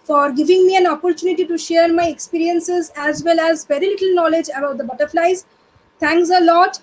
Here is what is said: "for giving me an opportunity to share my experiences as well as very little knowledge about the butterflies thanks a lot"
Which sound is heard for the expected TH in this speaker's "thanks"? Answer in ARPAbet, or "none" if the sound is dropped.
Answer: T